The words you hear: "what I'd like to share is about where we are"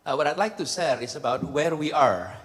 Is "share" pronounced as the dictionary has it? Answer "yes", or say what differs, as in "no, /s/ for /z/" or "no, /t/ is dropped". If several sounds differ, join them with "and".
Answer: no, /s/ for /ʃ/